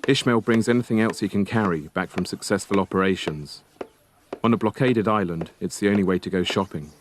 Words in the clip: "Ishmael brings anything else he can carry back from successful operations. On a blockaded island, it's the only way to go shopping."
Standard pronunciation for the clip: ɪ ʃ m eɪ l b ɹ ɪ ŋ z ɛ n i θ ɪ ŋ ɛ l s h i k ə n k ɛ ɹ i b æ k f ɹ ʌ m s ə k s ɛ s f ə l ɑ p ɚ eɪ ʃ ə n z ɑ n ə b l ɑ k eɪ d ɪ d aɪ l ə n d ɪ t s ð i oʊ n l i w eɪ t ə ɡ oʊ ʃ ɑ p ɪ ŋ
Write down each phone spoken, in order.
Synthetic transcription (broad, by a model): ɪ ʃ m eɪ l b ɹ ɪ ŋ z ɛ n i θ ɪ ŋ ɛ l s h i k ə n k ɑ ɹ i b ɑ k f ɹ ʌ m s ə k s ɛ s f ə l ɑ p ɚ eɪ ʃ ə n z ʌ n ə b l ɑ k eɪ d ɪ d aɪ l ə n d ɪ t s ð i oʊ n l i w eɪ t ə ɡ oʊ ʃ ɑ p ɪ ŋ